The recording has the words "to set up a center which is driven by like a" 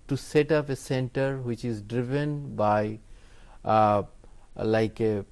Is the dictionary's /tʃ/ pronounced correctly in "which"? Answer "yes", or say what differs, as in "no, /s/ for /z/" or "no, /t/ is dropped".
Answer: yes